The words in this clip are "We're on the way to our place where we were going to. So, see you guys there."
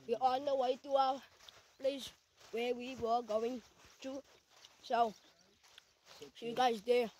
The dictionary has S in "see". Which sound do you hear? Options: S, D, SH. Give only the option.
SH